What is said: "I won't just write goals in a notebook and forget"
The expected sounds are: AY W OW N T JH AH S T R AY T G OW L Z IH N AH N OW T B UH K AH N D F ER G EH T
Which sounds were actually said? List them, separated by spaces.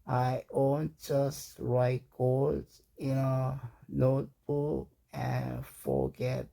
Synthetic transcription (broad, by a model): AY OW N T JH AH S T R AY T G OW Z IH N AH N OW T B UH K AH N F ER G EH T